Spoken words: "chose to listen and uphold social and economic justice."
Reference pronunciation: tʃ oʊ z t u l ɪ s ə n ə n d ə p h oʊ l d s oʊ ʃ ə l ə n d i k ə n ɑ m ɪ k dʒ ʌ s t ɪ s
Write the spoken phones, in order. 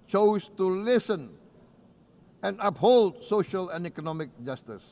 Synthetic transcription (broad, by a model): tʃ oʊ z t u l ɪ s ə n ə n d ə p h oʊ l d s oʊ ʃ ə l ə n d i k ə n ɑ m ɪ k dʒ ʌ s t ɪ s